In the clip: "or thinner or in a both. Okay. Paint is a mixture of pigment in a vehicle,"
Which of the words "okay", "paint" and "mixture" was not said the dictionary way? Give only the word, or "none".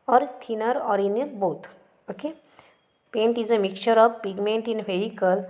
mixture